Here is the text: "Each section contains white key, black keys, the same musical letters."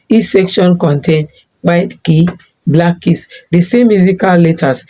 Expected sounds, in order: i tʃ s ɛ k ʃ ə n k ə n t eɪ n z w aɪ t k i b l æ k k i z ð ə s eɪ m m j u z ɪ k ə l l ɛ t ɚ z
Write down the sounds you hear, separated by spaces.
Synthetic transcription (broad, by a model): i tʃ s ɛ k ʃ ə n k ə n t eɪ n w aɪ t k i b l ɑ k k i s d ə s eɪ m m j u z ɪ k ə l l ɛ t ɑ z